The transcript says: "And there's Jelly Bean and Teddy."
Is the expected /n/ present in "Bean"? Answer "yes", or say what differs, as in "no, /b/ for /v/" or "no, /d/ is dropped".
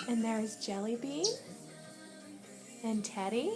no, /n/ is dropped